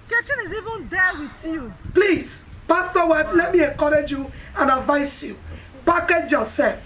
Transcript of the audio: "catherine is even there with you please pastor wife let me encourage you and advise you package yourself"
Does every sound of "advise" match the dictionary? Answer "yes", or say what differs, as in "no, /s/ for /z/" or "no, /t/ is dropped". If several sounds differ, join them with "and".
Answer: no, /s/ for /z/